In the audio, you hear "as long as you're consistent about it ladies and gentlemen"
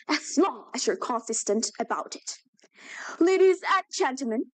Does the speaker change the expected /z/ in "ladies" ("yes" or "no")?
no